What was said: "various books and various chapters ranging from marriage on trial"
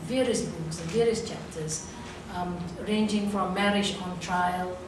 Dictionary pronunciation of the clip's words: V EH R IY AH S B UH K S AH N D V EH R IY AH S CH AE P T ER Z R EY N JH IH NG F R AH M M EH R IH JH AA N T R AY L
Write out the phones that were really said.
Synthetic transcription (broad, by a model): V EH R IY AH S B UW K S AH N V EH R IY AH S CH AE P T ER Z R EY N JH IH NG F R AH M M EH R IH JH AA N T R AY L